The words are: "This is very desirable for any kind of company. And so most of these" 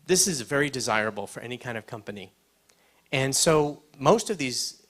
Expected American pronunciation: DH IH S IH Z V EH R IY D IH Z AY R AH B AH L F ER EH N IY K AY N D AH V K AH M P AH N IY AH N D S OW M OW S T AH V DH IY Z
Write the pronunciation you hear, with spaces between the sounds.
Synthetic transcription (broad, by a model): DH IH S IH Z V EH R IY D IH Z AY R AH B L F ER EH N IY K AY N D AH V K AH M P AH N IY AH N S OW M OW S T AH V DH IY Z